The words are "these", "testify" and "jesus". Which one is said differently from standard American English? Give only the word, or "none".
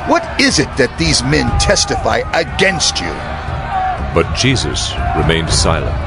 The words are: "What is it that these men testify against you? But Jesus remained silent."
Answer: none